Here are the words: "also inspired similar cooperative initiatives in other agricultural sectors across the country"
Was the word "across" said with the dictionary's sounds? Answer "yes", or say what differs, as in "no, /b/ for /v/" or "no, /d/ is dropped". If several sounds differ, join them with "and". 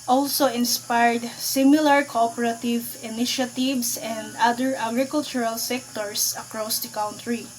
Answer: yes